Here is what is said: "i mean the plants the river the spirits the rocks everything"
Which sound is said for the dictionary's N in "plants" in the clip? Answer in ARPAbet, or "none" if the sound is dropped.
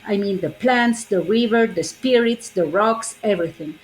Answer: N